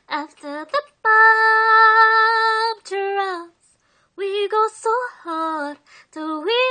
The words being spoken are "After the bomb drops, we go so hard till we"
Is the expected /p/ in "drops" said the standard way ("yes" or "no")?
no